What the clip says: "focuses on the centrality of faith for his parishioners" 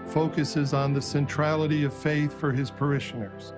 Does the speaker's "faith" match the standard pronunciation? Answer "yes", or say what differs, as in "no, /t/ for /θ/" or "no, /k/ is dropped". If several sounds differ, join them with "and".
yes